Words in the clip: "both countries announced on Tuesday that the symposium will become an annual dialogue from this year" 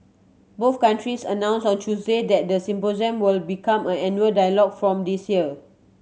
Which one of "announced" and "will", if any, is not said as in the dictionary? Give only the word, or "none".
announced